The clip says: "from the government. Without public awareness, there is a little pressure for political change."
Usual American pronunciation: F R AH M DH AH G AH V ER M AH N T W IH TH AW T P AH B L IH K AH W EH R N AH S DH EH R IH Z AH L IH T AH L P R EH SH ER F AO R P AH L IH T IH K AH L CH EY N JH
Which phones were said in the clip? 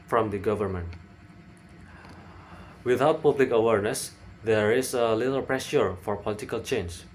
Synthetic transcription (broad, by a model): F R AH M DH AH G AH V ER M AH N T W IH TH AW T P AH B L IH K AH W EH R N AH S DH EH R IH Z AH L IH T AH L P R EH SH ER F AO R P AH L IH T IH K AH L CH EY N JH